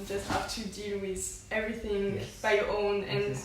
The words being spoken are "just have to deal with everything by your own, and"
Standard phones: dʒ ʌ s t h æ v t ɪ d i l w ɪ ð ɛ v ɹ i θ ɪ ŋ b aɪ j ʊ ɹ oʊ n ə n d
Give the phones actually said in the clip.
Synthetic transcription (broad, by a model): dʒ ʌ s t h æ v t ɪ d i l w ɪ ð ɛ v ɹ i θ ɪ ŋ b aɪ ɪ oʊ n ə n